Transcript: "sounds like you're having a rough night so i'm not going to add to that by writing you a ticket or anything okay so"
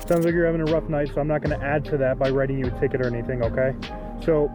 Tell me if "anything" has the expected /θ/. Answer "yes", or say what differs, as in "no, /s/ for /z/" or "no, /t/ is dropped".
yes